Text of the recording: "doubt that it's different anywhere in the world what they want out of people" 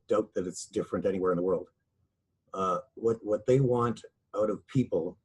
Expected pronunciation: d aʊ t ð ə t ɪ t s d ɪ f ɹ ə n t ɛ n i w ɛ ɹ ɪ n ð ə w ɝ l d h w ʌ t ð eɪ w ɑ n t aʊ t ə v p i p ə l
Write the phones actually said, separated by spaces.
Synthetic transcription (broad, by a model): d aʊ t ð ə t ɪ t s d ɪ f ɹ ə n t ɛ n i w ɛ ɹ ɪ n ð ə w ɝ l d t w ʌ t ð eɪ w ɑ n t aʊ t ə v p i p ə l